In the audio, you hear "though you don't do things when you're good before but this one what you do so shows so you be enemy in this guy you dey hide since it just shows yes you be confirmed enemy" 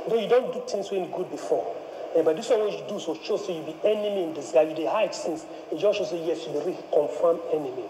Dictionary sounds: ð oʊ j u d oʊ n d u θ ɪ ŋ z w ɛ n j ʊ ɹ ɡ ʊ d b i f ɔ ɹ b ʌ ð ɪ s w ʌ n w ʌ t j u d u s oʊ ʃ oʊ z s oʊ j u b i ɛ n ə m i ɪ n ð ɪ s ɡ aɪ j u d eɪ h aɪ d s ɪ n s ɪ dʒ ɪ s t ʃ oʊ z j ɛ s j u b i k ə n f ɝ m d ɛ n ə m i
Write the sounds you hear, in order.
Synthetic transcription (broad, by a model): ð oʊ j u d oʊ n d u t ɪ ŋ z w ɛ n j ɡ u d b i f ɔ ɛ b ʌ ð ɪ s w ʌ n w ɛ j u d u s oʊ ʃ oʊ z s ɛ j u b i ɛ n ə m i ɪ n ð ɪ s ɡ aɪ j u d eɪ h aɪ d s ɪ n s ɪ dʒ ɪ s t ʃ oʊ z j ɛ s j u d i k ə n f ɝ m ɛ n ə m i